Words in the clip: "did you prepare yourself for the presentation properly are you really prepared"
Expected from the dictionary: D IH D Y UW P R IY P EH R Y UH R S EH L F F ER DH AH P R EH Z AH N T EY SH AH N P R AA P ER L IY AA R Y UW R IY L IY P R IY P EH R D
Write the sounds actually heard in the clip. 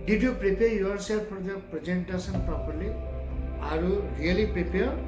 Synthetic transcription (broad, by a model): D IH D Y UW P R IY P EH R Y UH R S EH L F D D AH P R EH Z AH N T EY S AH N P R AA P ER L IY AA R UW R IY L IY P R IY P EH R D